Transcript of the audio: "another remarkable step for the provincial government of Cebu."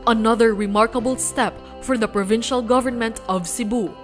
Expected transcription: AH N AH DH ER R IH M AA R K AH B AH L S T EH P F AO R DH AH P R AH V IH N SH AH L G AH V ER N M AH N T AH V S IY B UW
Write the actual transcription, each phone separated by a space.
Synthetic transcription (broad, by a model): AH N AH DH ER R IH M AA R K AH B AH L S T EH P F AO R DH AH P R AH V IH N SH AH L G AH V ER N M AH N T AH V S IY B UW